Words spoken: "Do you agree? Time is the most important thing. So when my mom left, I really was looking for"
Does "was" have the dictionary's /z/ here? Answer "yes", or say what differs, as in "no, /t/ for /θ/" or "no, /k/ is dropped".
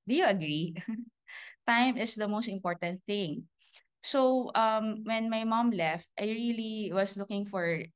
no, /s/ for /z/